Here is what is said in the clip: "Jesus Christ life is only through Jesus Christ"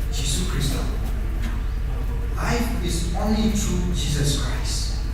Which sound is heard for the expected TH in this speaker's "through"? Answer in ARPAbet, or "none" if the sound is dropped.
T